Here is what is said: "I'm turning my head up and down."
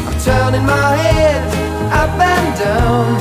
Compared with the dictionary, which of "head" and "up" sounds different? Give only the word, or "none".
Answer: up